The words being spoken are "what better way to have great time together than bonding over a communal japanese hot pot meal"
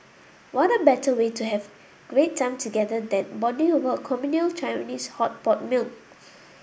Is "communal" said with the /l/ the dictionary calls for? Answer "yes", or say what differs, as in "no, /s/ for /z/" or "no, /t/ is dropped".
yes